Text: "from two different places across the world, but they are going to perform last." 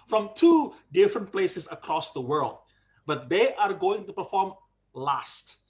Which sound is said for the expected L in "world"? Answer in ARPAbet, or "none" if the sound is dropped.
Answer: L